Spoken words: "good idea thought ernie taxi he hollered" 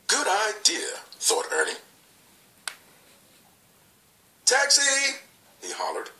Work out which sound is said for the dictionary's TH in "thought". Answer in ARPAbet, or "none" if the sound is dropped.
TH